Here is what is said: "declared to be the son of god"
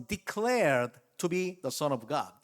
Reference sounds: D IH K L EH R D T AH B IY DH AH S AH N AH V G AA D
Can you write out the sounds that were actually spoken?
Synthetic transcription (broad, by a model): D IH K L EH R D T AH B IY DH AH S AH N AH V G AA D